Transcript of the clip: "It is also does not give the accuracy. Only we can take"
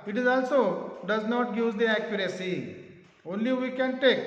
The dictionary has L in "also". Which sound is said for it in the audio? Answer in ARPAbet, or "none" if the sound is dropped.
L